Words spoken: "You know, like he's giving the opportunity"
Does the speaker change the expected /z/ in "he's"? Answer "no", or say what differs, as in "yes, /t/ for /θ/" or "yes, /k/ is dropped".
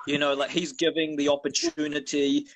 no